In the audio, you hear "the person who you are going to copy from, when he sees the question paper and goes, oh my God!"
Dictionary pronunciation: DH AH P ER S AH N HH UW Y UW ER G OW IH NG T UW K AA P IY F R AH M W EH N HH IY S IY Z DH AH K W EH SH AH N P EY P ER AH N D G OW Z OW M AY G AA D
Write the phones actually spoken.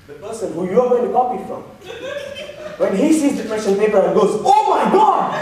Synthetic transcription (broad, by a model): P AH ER S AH N HH UW Y UW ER G OW IH NG T UW K AA P IY F R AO M W EH N HH IY S IY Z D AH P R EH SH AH N P EY P ER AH N G OW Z OW M AY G AA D